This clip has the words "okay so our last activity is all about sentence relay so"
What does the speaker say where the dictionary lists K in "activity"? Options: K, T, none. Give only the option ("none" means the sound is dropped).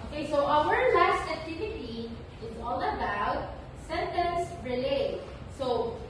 K